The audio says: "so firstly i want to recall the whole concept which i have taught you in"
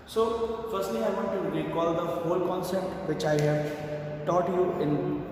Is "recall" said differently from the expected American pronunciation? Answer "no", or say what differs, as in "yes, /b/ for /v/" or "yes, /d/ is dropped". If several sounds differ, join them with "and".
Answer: yes, /l/ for /ɹ/